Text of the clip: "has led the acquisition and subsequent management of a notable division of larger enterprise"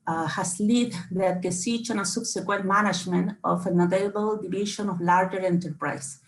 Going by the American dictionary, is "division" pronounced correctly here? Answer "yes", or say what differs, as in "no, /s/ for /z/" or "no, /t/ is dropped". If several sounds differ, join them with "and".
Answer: no, /ʃ/ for /ʒ/